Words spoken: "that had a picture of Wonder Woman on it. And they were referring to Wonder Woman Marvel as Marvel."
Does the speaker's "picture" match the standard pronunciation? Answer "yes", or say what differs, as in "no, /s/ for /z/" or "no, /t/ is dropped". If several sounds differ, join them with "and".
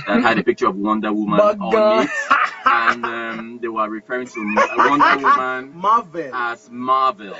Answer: yes